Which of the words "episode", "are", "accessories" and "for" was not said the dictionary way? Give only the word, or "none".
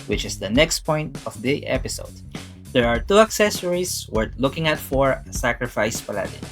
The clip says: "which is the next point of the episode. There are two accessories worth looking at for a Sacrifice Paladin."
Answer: accessories